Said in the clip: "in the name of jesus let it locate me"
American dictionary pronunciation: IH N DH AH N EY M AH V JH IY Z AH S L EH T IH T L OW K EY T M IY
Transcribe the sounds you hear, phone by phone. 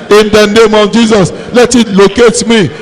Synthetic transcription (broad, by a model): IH N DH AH N EY M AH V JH IY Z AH S L EH T IH T L OW K EY T M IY